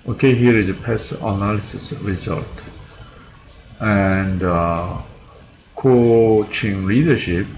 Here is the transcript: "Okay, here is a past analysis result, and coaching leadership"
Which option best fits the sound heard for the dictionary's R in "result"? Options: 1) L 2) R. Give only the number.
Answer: 2